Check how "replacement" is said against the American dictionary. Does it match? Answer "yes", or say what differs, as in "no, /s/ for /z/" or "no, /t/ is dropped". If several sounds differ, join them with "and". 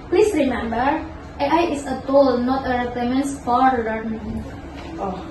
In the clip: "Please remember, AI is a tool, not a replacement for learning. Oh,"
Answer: no, /s/ is dropped